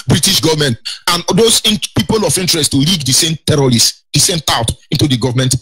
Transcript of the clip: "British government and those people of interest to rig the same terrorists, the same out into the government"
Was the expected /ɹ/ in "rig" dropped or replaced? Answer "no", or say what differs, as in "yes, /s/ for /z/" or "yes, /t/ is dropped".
yes, /l/ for /ɹ/